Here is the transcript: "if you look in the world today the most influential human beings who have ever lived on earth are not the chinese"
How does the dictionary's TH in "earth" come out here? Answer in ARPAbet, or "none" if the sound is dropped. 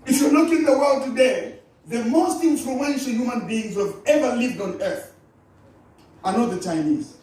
TH